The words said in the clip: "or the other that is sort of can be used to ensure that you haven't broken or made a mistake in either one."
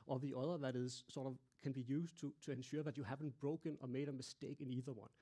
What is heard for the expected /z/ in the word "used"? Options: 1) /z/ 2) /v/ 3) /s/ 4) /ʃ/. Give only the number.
3